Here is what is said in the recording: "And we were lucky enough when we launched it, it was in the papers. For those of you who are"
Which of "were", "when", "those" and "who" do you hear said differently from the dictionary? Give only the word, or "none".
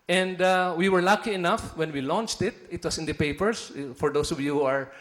those